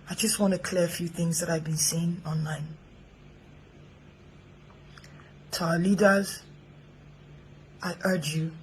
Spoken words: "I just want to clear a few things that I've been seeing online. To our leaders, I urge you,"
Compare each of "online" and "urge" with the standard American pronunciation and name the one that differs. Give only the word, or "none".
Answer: none